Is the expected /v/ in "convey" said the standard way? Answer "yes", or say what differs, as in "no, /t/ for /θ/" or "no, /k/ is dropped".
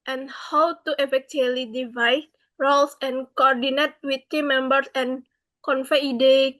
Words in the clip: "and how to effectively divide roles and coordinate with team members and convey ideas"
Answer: no, /f/ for /v/